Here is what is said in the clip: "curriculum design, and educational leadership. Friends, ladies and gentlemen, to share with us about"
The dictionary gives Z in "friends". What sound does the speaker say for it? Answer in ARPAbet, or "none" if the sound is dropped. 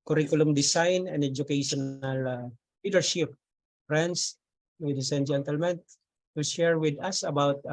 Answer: S